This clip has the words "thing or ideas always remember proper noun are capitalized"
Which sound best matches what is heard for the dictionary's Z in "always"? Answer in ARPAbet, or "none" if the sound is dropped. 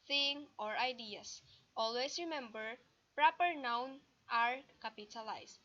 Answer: S